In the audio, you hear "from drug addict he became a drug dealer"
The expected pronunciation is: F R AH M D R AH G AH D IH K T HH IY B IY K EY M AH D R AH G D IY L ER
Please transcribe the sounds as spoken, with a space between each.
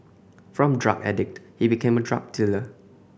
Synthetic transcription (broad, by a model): F R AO M D R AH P AH D IH K T HH IY B IY K EY M AH D R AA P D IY L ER